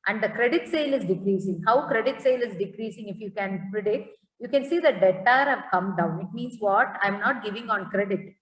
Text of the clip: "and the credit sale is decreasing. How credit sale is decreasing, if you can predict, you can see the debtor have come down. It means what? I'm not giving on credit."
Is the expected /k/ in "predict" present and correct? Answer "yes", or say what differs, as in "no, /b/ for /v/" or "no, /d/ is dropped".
no, /k/ is dropped